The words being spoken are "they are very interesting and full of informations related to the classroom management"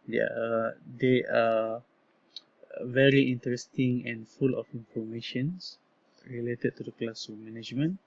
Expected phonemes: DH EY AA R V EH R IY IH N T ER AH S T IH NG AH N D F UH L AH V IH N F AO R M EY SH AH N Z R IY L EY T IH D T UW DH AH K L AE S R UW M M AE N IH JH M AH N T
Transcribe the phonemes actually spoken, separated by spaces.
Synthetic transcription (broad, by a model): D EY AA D V EH R IY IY N T ER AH S T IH NG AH N F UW L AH F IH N F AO M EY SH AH N S R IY L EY T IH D T UW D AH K L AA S AO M M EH N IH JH M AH N